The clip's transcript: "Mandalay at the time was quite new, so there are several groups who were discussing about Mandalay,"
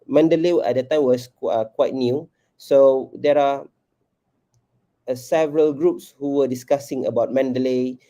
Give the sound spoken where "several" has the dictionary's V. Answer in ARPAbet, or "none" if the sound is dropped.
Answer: V